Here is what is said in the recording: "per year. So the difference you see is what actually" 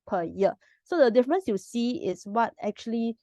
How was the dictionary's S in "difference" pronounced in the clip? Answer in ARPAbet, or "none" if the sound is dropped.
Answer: S